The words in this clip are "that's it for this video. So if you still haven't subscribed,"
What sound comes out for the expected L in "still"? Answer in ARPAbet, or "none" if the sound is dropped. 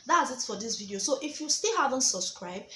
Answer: L